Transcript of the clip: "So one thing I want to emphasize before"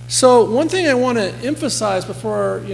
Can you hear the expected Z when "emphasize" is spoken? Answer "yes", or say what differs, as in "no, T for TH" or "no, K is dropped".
yes